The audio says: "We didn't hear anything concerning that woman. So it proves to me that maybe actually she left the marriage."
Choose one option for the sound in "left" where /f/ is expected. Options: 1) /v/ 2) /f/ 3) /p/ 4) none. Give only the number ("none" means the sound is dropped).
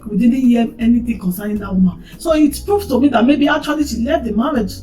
4